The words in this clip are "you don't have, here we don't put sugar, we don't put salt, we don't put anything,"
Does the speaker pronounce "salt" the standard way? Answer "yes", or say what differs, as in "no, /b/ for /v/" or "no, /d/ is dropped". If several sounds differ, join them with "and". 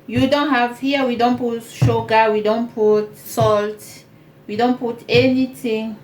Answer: yes